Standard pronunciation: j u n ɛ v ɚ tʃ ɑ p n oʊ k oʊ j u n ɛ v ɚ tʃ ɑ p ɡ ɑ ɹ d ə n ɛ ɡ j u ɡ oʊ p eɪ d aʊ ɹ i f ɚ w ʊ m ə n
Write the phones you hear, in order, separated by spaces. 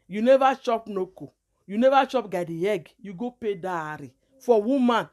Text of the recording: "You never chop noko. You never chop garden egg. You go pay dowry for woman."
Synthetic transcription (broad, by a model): j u n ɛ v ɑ tʃ ɑ p n oʊ k oʊ j u n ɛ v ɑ tʃ ɑ p ɡ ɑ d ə ɛ ɡ j u ɡ oʊ p eɪ d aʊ ɹ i f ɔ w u m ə n